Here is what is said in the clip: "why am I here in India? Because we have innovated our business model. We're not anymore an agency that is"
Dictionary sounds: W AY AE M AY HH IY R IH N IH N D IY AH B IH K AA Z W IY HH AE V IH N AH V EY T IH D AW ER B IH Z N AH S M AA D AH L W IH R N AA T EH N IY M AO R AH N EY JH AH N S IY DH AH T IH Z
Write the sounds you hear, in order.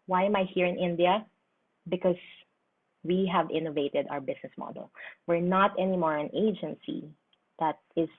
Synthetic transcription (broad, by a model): W AY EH M AY HH IY R IH N IH N D IY AH B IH K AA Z W IY HH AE V IH N AH V EY T IH D AW ER B IH S N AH S M AA D AH L W IH R N AA T EH N IY M AO R AH N EY JH AH N S IY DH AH T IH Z